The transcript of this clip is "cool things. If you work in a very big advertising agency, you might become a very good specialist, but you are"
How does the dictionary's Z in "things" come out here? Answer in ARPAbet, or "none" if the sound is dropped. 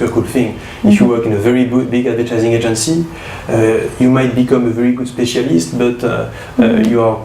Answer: none